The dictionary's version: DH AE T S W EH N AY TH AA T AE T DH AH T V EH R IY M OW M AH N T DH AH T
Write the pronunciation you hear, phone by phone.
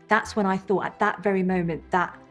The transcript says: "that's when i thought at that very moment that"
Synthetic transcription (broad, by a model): DH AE T S W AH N AY TH AA T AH T DH AH T V EH R IY M OW M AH N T DH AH T